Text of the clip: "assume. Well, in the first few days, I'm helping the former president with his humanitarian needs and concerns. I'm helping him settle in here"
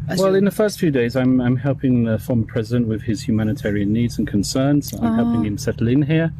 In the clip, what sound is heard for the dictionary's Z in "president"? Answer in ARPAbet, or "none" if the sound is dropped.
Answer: Z